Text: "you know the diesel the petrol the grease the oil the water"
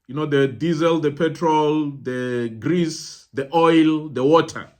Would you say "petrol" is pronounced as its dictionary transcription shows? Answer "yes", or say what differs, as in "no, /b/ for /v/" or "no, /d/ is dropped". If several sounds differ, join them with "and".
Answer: yes